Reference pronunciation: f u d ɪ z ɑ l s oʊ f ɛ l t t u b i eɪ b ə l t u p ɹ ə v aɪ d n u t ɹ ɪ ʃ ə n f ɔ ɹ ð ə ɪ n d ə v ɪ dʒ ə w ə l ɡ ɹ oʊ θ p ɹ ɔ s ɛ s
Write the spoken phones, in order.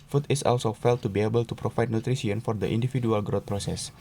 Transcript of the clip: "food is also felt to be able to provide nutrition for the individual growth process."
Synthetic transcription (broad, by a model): f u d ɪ s ɑ l s oʊ f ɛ l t t u b i eɪ b ə l t u p ɹ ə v aɪ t n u t ɹ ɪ s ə n f ɔ ɹ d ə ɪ n d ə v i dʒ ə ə l ɡ ɹ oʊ t p ɹ ɔ s ɛ s